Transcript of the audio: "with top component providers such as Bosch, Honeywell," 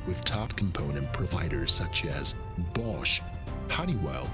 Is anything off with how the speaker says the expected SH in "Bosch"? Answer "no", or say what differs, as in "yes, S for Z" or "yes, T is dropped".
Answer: no